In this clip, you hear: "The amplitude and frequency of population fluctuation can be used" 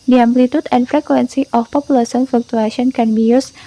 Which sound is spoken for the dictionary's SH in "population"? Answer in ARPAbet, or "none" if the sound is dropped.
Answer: S